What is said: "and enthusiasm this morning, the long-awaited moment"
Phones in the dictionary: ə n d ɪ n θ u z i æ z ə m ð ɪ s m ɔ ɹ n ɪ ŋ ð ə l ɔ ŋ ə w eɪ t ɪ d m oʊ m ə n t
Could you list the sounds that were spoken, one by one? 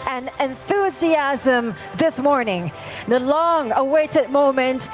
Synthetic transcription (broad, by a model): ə n ɪ n θ u z i æ z ə m ð ɪ s m ɔ ɹ n ɪ ŋ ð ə l ɔ ŋ ə w eɪ t ɪ d m oʊ m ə n t